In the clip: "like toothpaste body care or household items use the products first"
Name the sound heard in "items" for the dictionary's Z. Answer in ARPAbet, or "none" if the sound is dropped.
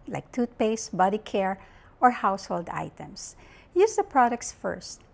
S